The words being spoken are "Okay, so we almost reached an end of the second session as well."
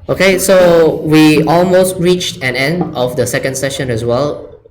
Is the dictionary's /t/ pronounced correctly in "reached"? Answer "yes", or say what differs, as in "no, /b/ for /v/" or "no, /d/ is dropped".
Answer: yes